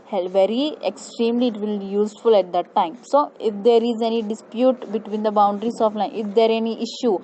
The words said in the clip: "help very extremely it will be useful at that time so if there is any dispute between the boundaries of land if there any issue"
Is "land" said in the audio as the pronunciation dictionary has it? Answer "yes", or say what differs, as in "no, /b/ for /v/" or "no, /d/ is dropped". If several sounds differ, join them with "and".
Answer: no, /d/ is dropped